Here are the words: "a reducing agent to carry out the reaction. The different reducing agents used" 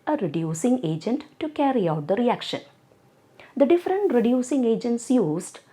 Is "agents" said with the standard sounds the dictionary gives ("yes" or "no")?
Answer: yes